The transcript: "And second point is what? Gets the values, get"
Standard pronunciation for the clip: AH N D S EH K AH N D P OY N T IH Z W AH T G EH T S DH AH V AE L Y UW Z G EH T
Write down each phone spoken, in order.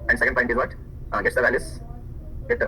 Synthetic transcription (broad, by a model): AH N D S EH K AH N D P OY T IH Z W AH T G EH T S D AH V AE L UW S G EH T